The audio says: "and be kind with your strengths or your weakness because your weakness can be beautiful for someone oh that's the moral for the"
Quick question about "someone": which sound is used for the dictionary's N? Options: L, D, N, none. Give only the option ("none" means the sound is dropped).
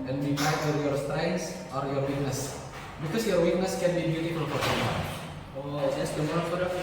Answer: none